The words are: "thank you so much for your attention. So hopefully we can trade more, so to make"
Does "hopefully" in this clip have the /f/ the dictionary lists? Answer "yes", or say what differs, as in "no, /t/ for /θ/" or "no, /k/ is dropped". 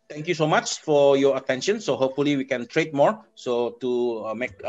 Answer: yes